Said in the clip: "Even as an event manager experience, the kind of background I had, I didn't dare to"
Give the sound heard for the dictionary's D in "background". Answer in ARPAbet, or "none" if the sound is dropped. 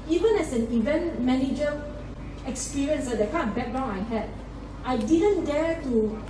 none